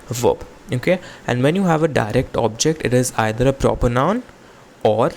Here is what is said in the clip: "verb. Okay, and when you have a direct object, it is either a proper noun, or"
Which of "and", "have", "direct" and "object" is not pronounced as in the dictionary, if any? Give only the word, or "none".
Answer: none